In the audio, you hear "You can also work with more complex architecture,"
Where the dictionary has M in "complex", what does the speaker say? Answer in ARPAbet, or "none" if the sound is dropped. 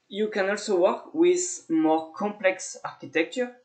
M